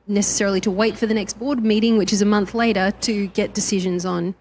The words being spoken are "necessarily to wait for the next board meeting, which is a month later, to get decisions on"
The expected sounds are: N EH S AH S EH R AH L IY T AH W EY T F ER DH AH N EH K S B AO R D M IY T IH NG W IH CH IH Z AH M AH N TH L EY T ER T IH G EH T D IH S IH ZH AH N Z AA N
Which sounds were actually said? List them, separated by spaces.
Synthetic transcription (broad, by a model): N EH S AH S EH R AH L IY T AH W EY T F ER DH AH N EH K S B AO R D M IY T IH NG W IH CH IH Z AH M AH N TH L EY T ER T IH G EH T D IH S IH ZH AH N Z N